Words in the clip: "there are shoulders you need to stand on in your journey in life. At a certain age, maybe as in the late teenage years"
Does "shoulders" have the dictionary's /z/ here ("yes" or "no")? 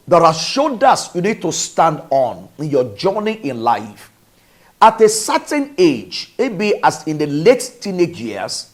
no